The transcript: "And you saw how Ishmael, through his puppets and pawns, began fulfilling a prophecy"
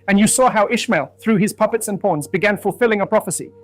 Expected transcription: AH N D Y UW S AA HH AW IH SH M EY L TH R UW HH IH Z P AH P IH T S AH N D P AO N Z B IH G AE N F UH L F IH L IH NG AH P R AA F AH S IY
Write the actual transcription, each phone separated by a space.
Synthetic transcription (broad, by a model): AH N Y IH S AA HH AW IH SH M EY L TH R UW IH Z P AH P IH T S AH N P AO N Z B IH G AE N F UH L F IH L IH NG AH P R AA F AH S IY